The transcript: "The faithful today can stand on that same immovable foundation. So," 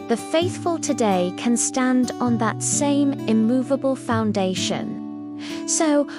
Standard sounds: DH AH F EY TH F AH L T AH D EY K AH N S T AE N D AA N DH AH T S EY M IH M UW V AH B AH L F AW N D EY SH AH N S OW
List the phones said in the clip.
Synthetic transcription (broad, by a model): DH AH F EY TH F AH L T AH D EY K AH N S T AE N D N DH AH T S EY M IH M UW V AH B AH L F AW N D EY SH AH N S OW